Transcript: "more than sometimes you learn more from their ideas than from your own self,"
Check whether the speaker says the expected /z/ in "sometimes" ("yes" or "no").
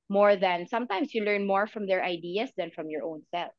no